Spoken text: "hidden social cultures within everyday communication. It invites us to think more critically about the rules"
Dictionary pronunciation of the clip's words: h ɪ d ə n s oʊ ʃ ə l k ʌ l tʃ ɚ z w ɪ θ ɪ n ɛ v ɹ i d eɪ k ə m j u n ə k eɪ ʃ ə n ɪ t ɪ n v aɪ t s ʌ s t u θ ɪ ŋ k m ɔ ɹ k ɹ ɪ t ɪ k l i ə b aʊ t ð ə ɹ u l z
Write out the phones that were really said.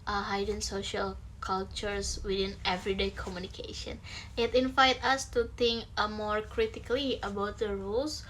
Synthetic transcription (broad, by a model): h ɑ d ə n s oʊ ʃ ə l k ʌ l tʃ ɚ s w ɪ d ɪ n ɛ v ɹ i d eɪ k ə m j u n ə k eɪ ʃ ə n ɪ t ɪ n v aɪ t ʌ s t u t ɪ ŋ k m ɔ ɹ k ɹ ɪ t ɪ k l i ə b aʊ t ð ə ɹ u l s